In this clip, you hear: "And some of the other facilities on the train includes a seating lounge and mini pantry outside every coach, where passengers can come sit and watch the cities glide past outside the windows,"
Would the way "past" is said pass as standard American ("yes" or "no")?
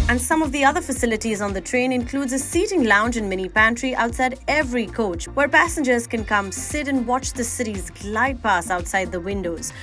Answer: no